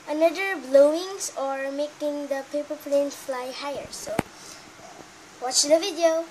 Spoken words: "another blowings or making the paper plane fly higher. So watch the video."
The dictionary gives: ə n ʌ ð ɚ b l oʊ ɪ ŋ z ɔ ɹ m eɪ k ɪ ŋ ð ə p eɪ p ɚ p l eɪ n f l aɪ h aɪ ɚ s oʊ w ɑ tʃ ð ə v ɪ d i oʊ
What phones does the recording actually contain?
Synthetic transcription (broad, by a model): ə n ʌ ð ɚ b l oʊ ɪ ŋ s ɔ ɹ m eɪ k ɪ ŋ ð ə p eɪ p ɚ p l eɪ n f l aɪ h aɪ ɚ s oʊ w ɑ tʃ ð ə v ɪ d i oʊ